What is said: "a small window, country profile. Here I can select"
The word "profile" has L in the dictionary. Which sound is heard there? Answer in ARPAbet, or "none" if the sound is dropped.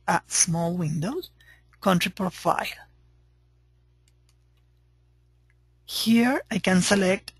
L